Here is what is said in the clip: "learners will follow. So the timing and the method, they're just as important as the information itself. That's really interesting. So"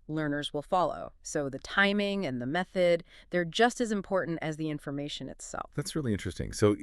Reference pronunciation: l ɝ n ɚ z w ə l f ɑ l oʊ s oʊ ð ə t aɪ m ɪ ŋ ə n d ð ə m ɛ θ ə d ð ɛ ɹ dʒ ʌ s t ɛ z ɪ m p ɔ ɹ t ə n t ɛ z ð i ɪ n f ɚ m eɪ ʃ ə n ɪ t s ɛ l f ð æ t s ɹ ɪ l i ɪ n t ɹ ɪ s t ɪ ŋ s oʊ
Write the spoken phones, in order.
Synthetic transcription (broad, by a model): l ɝ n ɚ z w ə l f ɑ l oʊ s oʊ ð ə t aɪ m ɪ ŋ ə n ð ə m ɛ θ ə d ð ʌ ɹ dʒ ʌ s t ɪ z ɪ m p ɔ ɹ t n t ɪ z ð i ɪ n f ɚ m eɪ ʃ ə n ɪ t s ɛ l f ð æ t s ɹ ɪ l i ɪ n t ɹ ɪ s t ɪ ŋ s oʊ